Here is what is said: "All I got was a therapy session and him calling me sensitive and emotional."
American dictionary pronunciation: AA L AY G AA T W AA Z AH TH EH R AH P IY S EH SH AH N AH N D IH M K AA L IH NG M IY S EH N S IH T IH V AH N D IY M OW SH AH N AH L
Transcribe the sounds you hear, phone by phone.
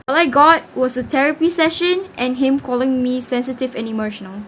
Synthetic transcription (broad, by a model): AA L AY G AA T W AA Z AH T EH R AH P IY S EH SH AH N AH N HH IH M K AA L IH NG M IY S EH N S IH T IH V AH N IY M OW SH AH N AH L